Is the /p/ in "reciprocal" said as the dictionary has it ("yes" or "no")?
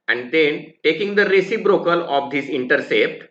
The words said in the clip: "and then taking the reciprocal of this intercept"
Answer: no